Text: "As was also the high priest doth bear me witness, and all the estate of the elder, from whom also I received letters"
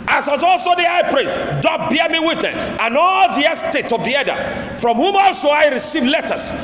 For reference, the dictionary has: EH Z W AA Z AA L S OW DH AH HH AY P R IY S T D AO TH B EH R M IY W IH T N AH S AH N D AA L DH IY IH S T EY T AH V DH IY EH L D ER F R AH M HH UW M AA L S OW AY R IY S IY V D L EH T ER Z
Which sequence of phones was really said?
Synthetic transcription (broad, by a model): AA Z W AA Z AA L S OW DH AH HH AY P R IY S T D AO B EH M IY W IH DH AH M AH N AA L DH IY IH S T EY T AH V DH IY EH D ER F R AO M HH UW M AA L S OW AY R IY S IY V L EH T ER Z